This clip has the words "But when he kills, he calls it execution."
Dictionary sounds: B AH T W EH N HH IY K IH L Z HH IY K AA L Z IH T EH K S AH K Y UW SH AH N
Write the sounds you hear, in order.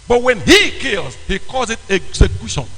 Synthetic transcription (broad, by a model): B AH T W EH N HH IY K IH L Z HH IY K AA Z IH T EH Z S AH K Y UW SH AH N